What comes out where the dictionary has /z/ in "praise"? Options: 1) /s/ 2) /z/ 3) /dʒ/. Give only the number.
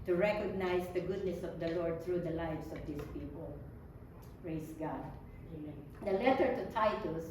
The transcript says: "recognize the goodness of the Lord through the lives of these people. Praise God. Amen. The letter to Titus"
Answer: 1